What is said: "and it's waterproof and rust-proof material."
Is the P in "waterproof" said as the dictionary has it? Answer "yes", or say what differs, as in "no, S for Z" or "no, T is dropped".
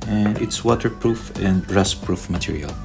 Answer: yes